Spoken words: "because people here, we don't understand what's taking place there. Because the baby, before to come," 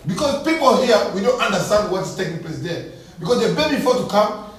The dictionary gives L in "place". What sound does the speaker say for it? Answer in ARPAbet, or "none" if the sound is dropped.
L